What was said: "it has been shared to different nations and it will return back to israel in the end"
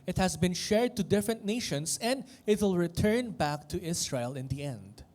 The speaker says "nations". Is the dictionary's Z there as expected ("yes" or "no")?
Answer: no